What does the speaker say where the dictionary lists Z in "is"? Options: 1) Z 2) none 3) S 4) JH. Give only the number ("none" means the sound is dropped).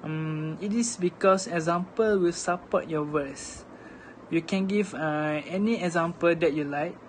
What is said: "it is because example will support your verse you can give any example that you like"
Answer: 3